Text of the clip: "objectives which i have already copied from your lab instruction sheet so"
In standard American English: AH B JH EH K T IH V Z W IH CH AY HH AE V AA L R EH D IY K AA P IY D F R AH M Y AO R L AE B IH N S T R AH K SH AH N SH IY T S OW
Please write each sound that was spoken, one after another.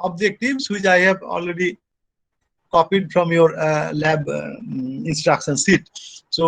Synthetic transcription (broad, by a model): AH B JH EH K T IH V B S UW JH AY HH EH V AA L R EH D IY K AA P IY D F R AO M Y AO R L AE B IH N S T R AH K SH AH N S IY T S OW